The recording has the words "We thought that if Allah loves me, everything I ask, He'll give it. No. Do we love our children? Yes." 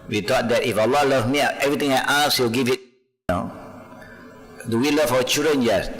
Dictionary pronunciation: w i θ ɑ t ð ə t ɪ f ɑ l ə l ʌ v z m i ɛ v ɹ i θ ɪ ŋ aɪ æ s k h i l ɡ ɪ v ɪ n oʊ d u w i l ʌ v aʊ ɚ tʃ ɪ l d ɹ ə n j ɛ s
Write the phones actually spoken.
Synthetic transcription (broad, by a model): w i t ɑ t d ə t ɪ f ɑ l ə l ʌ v m i ɛ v ɹ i t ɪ ŋ aɪ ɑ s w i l ɡ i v ɪ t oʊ d u w i l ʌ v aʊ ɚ tʃ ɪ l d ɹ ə n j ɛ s